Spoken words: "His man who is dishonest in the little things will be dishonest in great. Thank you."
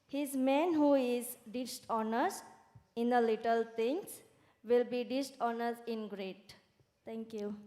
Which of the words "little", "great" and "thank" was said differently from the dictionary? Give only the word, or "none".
thank